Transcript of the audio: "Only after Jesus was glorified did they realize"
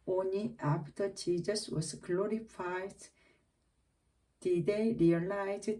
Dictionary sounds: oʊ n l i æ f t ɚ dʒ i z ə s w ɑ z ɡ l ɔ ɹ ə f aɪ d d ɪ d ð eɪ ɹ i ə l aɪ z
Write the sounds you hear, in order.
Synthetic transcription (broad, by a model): oʊ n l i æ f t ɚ tʃ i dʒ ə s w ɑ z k l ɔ ɹ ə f aɪ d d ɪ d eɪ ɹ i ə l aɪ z